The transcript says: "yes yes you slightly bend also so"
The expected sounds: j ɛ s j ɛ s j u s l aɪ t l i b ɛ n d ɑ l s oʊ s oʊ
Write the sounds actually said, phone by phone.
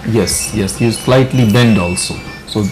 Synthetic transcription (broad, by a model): j ɛ s j ɛ s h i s l aɪ t l i b ɛ n d ɑ l s oʊ s oʊ